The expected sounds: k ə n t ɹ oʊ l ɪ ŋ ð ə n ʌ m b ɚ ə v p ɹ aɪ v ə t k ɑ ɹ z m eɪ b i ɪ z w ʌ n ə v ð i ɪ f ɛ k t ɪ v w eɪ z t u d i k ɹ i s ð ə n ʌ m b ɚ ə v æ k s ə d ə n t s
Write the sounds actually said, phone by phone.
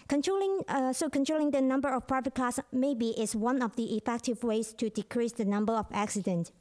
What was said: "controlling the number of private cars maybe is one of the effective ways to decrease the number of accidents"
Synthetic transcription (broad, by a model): k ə n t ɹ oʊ l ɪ ŋ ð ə n ʌ m b ɚ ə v p ɹ aɪ v ə t k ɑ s m eɪ b i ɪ s w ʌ n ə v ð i ɪ f ɛ k t ɪ v w eɪ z t u d i k ɹ i s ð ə n ʌ m b ɚ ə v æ k s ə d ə n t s